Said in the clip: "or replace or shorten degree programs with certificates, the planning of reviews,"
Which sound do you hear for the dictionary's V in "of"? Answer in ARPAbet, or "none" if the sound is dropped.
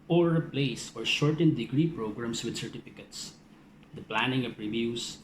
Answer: P